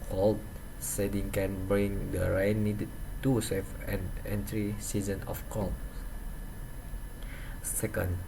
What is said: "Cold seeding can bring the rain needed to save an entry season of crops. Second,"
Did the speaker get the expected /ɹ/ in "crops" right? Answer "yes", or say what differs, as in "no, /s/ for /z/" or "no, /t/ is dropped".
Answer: no, /ɹ/ is dropped